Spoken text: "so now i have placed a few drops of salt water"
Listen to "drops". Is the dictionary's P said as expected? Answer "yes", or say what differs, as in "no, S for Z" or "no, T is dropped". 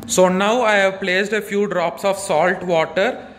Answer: yes